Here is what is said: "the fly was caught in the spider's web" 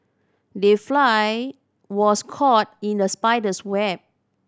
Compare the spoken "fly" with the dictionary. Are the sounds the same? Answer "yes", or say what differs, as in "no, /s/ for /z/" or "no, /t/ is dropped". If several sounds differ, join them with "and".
yes